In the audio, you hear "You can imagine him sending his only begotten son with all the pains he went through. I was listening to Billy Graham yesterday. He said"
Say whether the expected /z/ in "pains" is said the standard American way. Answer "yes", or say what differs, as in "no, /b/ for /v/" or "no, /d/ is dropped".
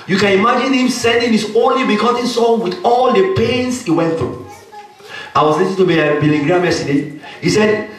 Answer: no, /s/ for /z/